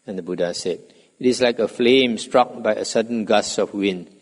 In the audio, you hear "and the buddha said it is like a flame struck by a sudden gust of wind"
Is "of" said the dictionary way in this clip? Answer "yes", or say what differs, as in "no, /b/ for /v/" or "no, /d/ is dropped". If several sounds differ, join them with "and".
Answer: no, /f/ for /v/